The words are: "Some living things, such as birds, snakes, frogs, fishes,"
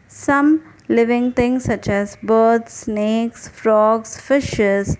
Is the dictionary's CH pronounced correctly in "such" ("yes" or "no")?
yes